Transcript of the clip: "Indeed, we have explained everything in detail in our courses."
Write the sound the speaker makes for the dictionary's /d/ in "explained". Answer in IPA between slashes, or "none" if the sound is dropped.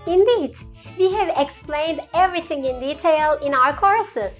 /d/